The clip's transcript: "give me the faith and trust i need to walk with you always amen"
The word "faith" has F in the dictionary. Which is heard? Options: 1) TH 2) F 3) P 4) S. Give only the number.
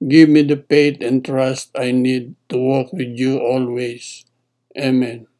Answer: 3